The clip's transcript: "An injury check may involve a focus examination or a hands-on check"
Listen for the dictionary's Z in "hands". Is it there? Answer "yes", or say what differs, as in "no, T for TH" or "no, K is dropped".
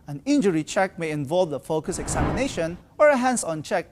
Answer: no, S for Z